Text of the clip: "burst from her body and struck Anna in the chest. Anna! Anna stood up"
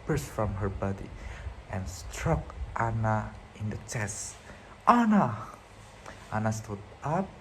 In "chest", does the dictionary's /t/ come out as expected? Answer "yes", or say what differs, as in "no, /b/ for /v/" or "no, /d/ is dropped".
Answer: yes